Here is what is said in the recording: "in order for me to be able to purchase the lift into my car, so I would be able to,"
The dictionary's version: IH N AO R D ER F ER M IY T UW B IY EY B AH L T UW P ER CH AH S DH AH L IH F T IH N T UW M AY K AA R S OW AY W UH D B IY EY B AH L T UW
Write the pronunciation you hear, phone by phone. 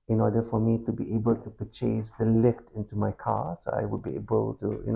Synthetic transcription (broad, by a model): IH N AO D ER F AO M IY T UW B IY EY B AH L T UW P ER CH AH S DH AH L IH F T IH N T UW M AY K AA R S OW AY W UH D B IY EY B AH L T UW